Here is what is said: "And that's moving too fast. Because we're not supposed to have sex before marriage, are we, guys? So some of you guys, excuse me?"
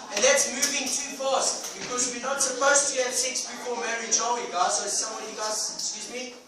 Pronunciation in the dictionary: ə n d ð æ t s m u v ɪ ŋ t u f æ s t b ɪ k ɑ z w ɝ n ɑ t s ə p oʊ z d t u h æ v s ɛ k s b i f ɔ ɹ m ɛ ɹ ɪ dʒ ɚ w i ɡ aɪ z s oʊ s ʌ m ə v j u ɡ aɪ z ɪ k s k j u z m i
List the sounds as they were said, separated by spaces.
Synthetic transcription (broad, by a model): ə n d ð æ t s m u v ɪ ŋ t u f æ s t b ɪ k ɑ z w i n ɑ t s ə p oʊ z t u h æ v s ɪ k s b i p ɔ l m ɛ ɹ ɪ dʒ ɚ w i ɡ aɪ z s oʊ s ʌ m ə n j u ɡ aɪ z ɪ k s k j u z m i